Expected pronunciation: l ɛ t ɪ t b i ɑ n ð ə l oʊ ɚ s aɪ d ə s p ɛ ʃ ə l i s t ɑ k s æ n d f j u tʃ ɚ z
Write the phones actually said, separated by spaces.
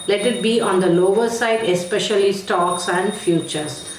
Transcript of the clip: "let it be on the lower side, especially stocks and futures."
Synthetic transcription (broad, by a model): l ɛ t ɪ t b i ɑ n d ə l oʊ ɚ s aɪ d ə s p ɛ ʃ ə l i s t ɑ k s æ n d f j u tʃ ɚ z